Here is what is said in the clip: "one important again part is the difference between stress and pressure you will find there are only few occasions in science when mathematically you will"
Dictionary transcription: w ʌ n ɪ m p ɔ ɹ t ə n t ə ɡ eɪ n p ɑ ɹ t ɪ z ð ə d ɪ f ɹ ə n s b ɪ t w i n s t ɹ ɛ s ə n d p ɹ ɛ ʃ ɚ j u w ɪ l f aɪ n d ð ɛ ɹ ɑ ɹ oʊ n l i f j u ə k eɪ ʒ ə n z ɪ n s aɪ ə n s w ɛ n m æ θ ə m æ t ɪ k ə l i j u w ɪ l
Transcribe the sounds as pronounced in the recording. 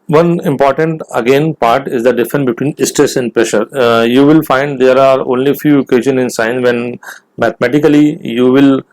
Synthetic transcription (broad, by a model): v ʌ n ɪ m p ɔ ɹ t ə n t ə ɡ eɪ n p ɑ ɹ t ɪ z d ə d ɪ f ɹ ə n s b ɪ t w i n s t ɹ ɛ s ə n d p ɹ ɛ ʃ ɚ j u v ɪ l f aɪ n d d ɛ ɹ ɑ ɹ oʊ n l i f j u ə k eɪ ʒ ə n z ɪ n s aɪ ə n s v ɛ n m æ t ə m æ t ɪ k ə l i j u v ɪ l